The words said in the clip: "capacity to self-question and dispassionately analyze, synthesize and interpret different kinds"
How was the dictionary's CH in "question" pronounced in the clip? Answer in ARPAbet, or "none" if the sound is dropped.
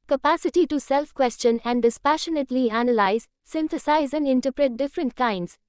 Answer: CH